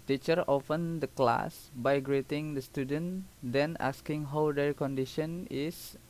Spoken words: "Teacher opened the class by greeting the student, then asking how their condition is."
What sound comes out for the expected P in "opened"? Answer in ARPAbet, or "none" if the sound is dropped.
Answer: F